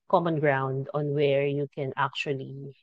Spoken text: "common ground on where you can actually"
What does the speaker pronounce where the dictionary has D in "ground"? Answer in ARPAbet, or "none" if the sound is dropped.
D